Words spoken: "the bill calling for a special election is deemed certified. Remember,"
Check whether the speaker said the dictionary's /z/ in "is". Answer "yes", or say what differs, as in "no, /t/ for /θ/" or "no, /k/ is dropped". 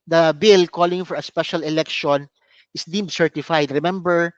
no, /s/ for /z/